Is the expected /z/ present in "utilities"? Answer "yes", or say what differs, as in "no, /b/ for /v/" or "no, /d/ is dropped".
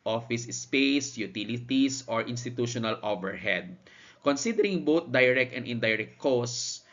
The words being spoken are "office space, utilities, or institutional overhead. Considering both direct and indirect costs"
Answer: no, /s/ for /z/